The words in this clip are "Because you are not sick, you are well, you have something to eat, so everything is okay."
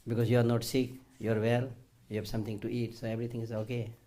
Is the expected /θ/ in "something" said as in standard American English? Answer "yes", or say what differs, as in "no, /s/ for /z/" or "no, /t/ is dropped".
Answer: no, /t/ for /θ/